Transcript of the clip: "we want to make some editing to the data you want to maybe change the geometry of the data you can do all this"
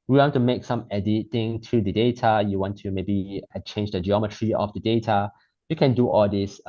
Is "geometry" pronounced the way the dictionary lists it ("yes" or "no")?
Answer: yes